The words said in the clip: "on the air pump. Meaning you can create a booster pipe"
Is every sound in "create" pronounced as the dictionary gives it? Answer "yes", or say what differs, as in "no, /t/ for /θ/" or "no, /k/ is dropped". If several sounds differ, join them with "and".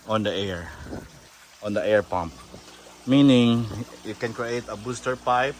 yes